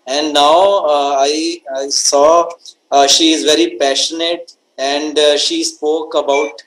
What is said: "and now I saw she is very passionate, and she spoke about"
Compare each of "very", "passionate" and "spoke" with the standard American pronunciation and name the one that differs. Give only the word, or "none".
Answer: none